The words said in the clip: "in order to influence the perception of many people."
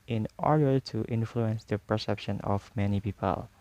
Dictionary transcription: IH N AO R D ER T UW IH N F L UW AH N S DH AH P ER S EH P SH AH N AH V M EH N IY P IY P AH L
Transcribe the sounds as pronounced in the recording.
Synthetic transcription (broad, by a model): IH N AO R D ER T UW IH N F L UW AH N S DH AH P ER S EH P SH AH N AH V M EH N IY P IY P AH L